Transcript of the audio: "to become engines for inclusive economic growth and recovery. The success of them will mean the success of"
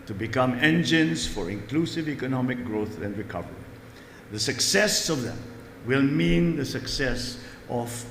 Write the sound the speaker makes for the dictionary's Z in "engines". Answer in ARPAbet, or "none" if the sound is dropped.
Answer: S